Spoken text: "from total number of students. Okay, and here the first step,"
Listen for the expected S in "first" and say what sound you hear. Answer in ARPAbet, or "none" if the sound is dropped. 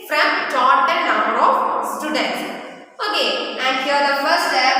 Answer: none